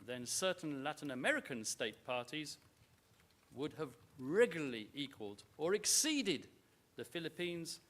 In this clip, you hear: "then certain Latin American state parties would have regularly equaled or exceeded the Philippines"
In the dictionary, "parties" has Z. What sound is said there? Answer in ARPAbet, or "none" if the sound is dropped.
Z